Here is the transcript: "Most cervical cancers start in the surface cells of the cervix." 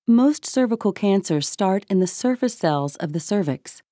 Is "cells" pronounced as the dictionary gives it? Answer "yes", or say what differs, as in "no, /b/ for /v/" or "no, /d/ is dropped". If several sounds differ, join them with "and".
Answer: yes